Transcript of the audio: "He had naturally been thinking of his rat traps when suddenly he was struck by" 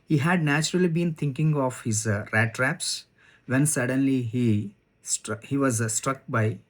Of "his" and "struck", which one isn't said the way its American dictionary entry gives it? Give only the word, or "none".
none